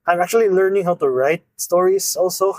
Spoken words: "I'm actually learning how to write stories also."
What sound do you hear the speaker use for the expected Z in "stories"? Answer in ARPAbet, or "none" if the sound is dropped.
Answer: S